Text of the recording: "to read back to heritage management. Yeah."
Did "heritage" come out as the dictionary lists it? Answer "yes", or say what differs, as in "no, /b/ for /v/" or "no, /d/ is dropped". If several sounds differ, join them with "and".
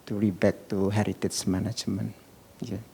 no, /tʃ/ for /dʒ/